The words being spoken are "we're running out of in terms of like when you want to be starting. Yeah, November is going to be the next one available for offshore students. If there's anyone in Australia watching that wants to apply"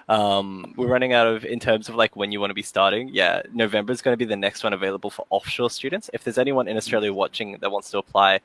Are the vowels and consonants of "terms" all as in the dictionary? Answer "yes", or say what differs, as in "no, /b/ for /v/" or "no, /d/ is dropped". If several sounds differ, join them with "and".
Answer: yes